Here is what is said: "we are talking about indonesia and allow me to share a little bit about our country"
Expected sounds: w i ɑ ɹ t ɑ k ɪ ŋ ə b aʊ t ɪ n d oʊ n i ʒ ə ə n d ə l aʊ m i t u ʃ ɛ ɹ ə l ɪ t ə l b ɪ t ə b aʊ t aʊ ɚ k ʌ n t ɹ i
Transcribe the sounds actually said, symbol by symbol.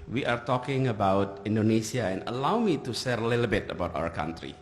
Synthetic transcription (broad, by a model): w i ɑ ɹ t ɑ k ɪ ŋ ə b aʊ t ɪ n d oʊ n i s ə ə n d ə l aʊ m i t u s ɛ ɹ ə l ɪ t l b ɪ t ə b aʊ t aʊ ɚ k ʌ n t ɹ i